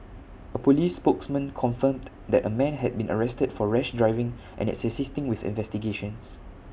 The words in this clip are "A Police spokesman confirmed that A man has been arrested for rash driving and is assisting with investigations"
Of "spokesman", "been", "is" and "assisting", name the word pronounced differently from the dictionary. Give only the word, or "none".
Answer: is